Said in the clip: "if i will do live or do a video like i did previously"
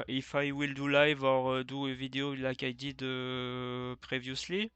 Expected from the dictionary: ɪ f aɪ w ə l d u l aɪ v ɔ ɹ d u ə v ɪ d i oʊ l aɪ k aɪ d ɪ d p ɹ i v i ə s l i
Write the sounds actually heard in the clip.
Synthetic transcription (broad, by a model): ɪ f aɪ w ə l d u l aɪ v ɔ ɹ d u ə v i d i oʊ l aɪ k aɪ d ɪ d p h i v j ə s l i